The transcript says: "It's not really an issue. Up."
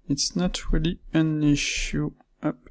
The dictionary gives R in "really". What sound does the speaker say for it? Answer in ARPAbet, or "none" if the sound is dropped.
R